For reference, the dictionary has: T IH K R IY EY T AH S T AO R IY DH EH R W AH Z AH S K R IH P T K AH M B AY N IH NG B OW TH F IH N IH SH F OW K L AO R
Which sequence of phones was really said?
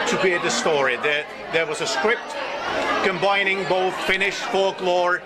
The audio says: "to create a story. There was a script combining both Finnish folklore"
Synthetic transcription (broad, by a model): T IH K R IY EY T AH S T AO R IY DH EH R W AH Z AH S K R IH P T K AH M B AY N IH NG B OW TH F IH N IH SH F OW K L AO R